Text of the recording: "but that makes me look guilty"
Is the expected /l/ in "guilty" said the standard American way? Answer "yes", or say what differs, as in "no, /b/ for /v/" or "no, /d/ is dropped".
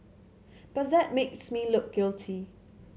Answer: yes